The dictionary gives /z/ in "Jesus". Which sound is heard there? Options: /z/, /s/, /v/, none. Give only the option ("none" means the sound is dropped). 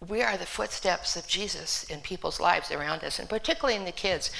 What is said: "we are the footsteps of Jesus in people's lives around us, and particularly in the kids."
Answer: /z/